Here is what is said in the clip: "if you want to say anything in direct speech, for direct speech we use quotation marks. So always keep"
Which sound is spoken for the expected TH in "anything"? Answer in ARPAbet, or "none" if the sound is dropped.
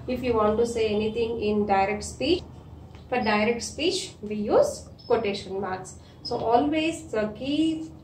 T